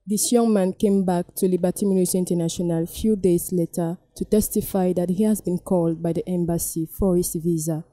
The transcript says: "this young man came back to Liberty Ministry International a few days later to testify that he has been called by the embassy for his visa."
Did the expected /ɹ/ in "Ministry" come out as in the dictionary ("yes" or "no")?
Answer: no